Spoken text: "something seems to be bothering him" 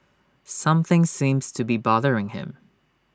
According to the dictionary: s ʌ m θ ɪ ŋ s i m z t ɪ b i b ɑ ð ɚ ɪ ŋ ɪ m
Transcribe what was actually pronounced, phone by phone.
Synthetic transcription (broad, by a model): s ʌ m θ ɪ ŋ s i m z t ɪ b i b ɑ ð ɚ ɪ ŋ ɪ m